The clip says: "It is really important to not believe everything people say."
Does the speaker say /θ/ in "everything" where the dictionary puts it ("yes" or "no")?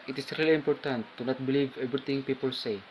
no